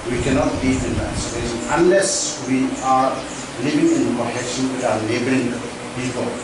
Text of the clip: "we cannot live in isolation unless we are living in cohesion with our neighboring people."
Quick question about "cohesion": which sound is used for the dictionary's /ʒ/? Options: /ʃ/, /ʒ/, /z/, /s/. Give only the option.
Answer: /ʃ/